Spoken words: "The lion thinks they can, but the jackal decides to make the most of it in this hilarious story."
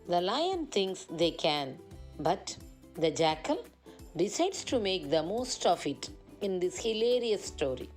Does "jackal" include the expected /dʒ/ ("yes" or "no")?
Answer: yes